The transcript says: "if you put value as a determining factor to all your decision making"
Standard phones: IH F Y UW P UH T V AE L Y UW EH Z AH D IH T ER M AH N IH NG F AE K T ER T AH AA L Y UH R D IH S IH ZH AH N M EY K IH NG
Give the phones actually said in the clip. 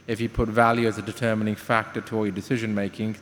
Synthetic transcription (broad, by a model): IH F Y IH P UH T V AE L Y UW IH Z AH D IH T ER M AH N IH NG F AE K T ER T AH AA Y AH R D IH S IH ZH AH N M EY K IH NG